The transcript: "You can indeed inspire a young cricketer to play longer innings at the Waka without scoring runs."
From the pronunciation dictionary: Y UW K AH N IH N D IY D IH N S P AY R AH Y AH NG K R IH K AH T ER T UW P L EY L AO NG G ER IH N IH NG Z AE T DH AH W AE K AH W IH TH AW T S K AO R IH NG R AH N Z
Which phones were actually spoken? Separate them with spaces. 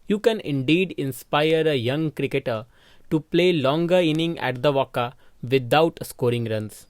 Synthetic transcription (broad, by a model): Y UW K AH N IH N D IY D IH N S P AY R AH Y AH NG K R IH K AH T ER T UW P L EY L AO NG G ER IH N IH NG AE T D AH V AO K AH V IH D AW T S K AO R IH NG R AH N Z